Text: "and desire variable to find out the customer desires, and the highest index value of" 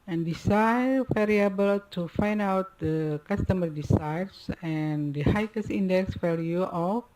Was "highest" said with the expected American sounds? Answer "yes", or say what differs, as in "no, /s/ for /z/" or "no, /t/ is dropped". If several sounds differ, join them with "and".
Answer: no, /t/ is dropped